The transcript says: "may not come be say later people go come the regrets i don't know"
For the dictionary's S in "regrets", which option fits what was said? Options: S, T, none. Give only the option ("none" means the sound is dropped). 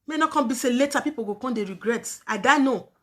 none